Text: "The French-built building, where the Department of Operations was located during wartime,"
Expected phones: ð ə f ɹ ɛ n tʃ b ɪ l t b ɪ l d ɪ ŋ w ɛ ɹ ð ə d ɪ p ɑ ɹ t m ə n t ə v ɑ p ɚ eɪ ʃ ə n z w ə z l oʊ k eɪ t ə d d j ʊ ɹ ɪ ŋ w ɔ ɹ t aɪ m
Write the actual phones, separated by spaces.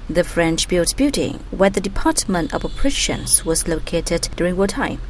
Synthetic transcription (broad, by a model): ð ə f ɹ ɛ n tʃ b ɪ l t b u d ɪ ŋ w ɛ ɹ ð ə d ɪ p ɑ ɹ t m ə n t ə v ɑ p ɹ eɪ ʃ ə n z w ə z l oʊ k eɪ t ə d d j ʊ ɹ ɪ ŋ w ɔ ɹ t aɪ